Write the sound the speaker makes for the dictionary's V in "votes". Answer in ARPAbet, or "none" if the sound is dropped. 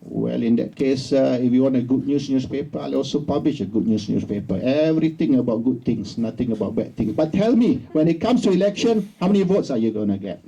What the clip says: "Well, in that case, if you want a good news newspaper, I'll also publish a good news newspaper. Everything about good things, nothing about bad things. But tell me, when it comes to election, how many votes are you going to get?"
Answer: V